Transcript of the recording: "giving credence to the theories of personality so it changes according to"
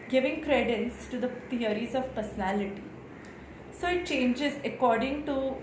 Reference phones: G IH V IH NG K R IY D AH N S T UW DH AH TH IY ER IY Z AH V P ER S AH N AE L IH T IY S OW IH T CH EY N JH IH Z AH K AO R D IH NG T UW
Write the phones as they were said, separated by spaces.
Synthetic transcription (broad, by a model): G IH V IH NG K R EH D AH N S T UW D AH T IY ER IY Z AH V P ER S AH N AE L IH T IY S OW IH T CH EY N JH IH Z AH K AO R D IH NG T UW